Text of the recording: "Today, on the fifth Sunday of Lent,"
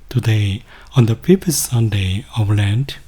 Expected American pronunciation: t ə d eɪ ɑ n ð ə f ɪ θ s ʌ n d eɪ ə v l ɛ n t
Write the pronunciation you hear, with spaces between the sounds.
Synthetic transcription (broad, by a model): t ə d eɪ ɑ n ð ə p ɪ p s ʌ n d eɪ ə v l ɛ n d